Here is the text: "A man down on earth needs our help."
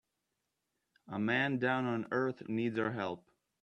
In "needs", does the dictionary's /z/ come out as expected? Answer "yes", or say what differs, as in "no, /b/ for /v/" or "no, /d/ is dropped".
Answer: yes